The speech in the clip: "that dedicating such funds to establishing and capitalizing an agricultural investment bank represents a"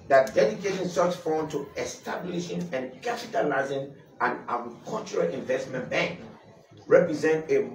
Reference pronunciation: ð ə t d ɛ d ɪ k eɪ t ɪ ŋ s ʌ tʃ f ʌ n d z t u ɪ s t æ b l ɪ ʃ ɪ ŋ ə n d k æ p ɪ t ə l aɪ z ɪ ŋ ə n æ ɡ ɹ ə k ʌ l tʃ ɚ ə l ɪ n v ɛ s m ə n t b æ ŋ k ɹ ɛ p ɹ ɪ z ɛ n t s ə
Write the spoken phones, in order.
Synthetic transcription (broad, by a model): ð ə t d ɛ d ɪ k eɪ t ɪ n s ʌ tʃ f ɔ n t u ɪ s t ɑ b l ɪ ʃ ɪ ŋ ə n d k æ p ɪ t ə l aɪ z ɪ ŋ ə n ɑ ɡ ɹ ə k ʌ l tʃ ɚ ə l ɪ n v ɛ s m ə n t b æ ŋ k ɹ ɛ p ɹ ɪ z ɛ n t ə